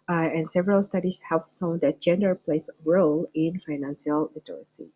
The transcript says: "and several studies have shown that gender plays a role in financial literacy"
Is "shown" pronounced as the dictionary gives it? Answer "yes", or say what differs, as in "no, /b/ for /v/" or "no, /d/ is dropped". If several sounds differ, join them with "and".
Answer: no, /s/ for /ʃ/